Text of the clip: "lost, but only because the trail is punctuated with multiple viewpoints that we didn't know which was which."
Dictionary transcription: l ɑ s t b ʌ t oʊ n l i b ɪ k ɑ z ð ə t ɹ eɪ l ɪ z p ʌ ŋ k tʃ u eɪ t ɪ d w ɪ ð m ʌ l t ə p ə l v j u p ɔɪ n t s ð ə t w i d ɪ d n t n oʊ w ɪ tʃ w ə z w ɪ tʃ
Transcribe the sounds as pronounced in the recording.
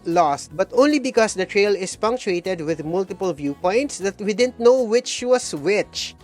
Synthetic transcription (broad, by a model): l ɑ s t b ʌ t oʊ n l i b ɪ k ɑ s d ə t ɹ eɪ l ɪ s p ʌ ŋ k tʃ u eɪ t ɪ d w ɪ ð m ʌ l t ə p ə l v j u p ɔɪ n t s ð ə t w i d ɪ d n t n oʊ w ɪ tʃ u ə s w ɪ tʃ